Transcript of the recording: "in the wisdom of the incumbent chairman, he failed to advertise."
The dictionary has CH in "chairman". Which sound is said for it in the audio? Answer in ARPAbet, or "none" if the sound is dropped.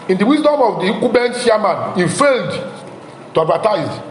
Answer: SH